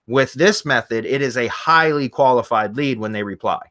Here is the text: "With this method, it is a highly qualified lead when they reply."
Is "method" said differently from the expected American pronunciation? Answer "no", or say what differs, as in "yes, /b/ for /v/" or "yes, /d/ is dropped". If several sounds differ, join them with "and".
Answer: no